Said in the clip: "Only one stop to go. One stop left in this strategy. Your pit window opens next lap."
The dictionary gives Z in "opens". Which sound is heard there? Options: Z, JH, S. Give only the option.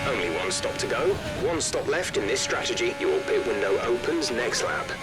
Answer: Z